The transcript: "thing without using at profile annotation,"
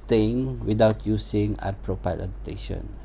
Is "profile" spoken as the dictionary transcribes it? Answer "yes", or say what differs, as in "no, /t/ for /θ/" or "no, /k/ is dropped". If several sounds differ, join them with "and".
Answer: no, /p/ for /f/